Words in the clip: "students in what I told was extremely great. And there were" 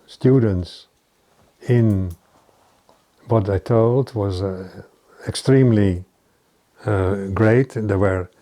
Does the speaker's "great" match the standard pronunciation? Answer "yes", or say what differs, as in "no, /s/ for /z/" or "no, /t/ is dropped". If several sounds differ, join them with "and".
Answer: no, /t/ is dropped